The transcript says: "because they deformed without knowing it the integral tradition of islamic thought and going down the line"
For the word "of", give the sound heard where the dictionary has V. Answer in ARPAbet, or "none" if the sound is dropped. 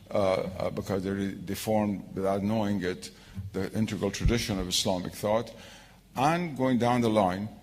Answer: V